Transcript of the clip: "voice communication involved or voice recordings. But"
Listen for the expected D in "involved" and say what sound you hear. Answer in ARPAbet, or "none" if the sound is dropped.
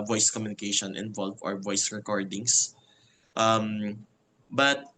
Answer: none